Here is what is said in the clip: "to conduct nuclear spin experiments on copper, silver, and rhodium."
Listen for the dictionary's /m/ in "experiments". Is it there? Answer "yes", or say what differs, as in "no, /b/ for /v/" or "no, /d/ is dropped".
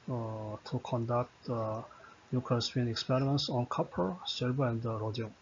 yes